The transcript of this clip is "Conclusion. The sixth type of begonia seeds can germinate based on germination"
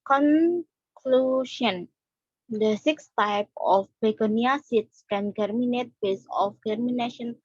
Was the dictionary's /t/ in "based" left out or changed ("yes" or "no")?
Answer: yes